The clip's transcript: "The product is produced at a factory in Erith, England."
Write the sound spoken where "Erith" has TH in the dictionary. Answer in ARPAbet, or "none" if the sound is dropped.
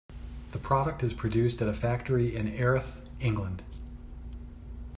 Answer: TH